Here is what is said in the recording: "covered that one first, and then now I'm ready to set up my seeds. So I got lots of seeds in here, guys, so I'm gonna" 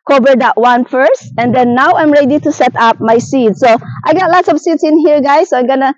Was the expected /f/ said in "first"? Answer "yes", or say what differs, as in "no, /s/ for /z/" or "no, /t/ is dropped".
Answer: yes